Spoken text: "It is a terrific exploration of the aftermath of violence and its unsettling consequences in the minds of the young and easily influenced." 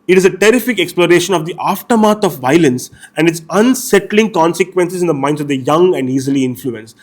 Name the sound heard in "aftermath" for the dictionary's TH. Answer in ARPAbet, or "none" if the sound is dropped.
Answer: T